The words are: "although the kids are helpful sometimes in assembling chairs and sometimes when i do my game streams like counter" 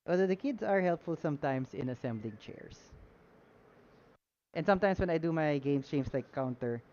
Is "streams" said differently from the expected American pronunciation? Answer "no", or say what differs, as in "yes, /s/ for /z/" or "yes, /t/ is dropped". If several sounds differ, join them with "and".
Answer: yes, /s/ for /z/